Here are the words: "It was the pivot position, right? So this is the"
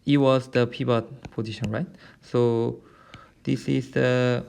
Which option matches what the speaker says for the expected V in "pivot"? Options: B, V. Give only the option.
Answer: B